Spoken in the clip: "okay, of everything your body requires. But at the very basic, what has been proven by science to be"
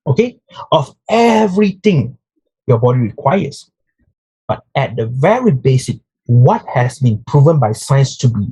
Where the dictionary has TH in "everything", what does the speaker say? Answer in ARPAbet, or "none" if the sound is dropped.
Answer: T